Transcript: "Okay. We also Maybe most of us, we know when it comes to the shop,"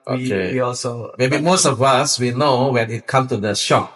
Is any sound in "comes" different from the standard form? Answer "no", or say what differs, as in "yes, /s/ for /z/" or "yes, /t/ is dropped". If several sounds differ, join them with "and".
yes, /z/ is dropped